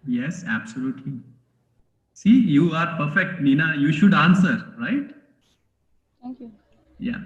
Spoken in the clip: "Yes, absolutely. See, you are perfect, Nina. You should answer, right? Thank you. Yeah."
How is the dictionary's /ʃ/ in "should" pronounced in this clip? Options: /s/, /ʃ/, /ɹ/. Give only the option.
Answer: /ʃ/